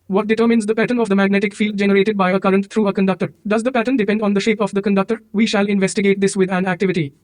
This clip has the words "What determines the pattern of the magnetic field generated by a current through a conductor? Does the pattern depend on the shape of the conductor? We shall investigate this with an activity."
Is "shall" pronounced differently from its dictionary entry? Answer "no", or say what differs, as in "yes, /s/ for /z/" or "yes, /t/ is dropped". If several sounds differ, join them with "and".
no